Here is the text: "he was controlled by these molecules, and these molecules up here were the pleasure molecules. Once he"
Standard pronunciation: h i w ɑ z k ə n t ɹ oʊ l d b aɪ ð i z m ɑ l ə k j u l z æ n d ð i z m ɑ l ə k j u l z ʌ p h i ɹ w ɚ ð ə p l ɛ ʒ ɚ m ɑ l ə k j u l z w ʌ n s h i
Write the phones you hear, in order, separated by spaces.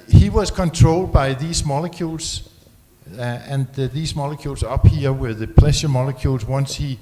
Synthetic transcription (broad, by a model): h i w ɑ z k ə n t ɹ oʊ l d b aɪ ð i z m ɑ l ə k j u l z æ n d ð i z m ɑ l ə k j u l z ʌ p h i w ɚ ð ə p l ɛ ʃ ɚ m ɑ l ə k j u l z w ʌ n s h i